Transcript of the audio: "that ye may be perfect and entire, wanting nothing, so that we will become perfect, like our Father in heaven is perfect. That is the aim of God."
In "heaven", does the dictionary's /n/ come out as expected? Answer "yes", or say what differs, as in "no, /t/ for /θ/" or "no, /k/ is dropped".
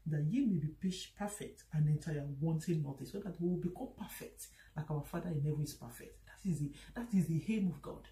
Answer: no, /n/ is dropped